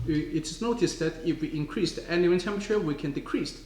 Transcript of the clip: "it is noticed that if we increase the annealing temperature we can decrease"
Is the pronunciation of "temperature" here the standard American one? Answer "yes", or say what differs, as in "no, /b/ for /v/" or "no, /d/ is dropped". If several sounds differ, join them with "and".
no, /ɹ/ is dropped